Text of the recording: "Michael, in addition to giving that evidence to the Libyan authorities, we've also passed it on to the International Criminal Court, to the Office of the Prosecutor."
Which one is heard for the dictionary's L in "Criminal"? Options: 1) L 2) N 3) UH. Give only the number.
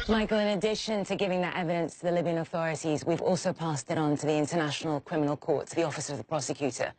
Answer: 1